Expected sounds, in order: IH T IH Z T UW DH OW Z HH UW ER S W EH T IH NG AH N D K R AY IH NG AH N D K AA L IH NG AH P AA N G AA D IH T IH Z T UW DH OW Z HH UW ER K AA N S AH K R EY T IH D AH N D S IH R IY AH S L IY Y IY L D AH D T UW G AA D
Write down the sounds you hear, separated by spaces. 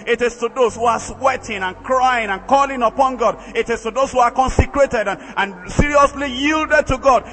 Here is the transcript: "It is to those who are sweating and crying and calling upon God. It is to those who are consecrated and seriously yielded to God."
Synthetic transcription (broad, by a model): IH T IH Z T UW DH OW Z HH UW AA S W EH T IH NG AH N K R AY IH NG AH N K AA L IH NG AH P AA N G AA D IH T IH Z T UW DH OW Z HH UW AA K AA N S AH K R EY T IH D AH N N S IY R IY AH S L IY Y IY L D AH D T UW G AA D